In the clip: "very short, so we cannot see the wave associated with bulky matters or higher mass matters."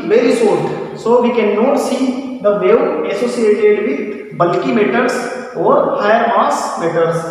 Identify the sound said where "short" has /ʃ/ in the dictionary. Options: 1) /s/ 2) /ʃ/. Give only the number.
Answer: 1